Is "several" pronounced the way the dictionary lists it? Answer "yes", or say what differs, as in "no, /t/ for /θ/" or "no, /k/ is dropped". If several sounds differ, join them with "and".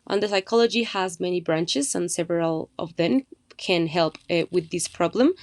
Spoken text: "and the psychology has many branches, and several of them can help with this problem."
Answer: yes